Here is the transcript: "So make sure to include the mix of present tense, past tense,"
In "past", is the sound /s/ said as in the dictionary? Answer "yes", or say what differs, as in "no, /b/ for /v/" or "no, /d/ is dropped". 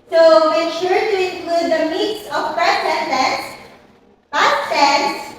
no, /s/ is dropped